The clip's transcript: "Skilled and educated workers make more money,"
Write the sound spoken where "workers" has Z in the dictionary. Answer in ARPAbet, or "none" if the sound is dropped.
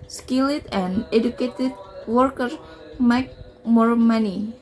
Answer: none